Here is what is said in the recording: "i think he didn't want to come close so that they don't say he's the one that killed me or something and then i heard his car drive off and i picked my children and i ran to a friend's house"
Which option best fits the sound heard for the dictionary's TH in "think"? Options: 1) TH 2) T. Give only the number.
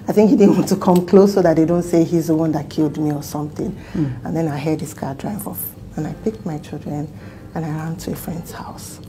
1